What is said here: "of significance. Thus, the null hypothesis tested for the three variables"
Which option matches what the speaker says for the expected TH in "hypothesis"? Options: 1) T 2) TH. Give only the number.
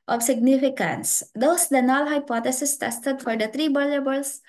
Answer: 1